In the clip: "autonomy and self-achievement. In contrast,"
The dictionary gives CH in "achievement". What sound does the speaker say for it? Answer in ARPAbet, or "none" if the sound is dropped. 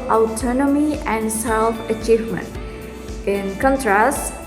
CH